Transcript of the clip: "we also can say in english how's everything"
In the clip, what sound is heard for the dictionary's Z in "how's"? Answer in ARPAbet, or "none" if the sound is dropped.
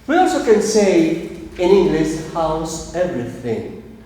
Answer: S